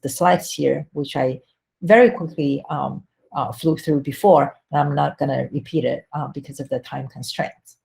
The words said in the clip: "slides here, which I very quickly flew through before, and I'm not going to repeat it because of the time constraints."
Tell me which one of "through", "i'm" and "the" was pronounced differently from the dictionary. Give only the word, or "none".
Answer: none